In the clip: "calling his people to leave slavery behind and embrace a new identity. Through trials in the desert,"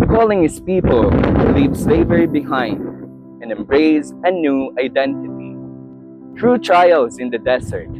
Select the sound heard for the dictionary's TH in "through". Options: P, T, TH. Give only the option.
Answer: T